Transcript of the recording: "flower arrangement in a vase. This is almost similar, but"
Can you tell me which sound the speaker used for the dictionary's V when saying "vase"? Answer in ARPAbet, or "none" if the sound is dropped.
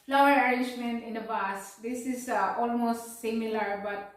B